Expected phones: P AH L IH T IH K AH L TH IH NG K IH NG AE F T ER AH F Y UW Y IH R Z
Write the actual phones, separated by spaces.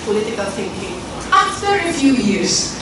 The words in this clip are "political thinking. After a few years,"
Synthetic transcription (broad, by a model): P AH L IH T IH K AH L S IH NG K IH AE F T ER AH F Y UW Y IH R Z